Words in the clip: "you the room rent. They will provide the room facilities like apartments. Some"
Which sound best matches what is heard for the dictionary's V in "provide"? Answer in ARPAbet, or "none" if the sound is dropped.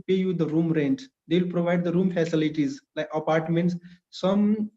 V